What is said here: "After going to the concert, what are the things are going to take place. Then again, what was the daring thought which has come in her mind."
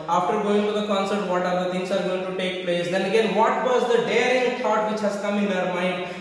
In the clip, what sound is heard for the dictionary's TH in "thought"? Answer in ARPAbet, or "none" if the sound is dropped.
T